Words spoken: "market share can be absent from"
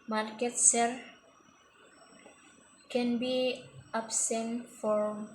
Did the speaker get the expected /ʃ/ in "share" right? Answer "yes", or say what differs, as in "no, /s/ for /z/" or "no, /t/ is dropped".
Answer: no, /s/ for /ʃ/